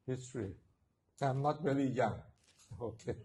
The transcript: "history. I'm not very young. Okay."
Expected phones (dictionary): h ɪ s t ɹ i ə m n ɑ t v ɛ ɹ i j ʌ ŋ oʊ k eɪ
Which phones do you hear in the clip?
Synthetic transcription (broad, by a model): h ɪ s t ɹ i ə m n ɑ t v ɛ l i j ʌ ŋ oʊ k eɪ